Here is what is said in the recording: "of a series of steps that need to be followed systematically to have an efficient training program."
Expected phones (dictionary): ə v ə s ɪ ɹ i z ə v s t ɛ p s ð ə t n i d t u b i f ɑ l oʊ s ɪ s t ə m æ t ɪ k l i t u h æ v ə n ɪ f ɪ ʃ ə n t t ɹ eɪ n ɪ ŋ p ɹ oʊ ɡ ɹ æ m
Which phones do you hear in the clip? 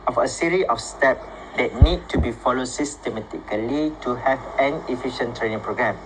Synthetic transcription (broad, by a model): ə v ə s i ɹ i ə f s t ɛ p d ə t n i d t u b i f ɑ l oʊ s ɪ s t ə m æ t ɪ k l i t u h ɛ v ə n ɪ f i ʃ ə n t t ɹ eɪ n ɪ ŋ p ɹ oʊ ɡ ɹ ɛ m